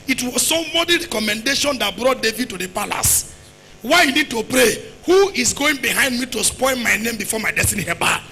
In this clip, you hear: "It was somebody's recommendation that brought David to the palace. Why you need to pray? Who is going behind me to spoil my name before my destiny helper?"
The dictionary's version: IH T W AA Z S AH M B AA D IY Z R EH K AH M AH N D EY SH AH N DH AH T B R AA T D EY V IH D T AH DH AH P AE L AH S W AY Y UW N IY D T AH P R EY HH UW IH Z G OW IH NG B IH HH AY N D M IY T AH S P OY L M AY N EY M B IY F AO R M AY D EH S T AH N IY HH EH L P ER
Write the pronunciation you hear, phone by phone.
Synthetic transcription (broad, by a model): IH T W AA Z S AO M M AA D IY R EH K AH M AH N D EY SH AH N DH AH T B R AA T D EY V IH D T AH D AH P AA L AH S W AY Y UW N IY D T AH P R EY HH UW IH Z G OW IH NG B IH HH AY N D M IY T AH S P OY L M AY N EY M B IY F AO M AY D EH S T AH N IY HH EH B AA